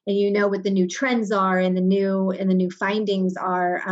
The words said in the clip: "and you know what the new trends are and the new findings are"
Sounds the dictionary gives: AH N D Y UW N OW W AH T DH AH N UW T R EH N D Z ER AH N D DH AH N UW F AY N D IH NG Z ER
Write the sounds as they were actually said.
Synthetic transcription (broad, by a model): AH N Y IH N OW W AH T DH AH N UW T R EH N D Z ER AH N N DH AH N UW F AY N D IH NG Z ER